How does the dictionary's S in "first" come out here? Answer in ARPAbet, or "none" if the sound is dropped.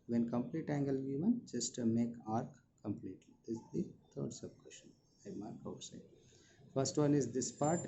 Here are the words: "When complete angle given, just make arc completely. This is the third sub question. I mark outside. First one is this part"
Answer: S